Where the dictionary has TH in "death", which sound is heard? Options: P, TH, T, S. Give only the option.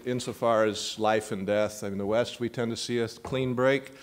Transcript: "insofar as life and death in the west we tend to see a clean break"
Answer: TH